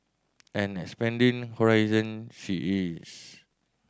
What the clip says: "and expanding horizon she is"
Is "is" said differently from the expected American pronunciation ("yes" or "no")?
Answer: yes